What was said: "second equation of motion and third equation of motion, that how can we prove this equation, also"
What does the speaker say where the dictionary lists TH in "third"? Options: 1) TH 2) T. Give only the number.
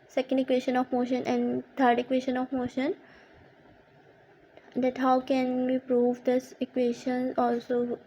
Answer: 2